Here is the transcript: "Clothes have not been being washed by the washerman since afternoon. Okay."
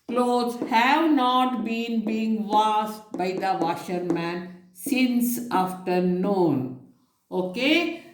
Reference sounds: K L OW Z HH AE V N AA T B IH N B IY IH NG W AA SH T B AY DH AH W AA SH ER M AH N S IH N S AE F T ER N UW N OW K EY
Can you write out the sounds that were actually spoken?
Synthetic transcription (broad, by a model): K L OW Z HH AE V N AA T B IH N B IY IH NG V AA S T B AY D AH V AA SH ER M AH N S IH N S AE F T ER N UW N OW K EY